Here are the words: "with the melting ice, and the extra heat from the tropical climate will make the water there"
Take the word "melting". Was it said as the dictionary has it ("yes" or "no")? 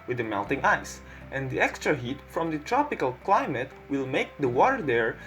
yes